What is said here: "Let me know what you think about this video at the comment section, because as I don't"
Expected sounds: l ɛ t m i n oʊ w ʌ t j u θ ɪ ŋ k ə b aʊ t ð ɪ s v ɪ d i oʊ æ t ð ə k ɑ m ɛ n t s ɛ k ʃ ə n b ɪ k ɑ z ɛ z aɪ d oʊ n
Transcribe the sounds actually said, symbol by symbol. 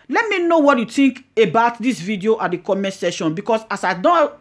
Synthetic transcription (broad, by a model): l ɛ t m i n oʊ w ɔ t j u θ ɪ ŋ k ə b aʊ t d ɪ s v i d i oʊ t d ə k ɑ m ɛ n t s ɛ ʃ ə n b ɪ k ɑ s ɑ s aɪ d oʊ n